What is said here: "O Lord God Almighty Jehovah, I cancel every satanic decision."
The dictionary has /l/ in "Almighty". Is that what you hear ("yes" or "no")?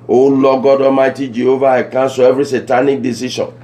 no